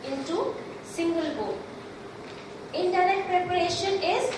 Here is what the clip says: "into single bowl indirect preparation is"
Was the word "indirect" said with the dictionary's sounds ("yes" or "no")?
no